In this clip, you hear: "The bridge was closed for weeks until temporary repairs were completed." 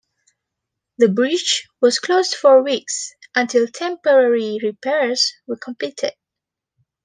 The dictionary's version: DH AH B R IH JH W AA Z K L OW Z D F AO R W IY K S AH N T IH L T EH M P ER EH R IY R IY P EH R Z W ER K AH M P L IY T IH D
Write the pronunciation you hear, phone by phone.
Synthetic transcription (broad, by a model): DH AH B R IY CH W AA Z K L OW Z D F AO R W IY K S AH N T IH L T EH M P ER EH R IY R IY P EH R Z W ER K AH M P L IY T IH D